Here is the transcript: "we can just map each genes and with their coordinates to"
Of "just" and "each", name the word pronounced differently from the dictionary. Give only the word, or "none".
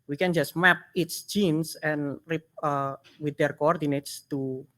each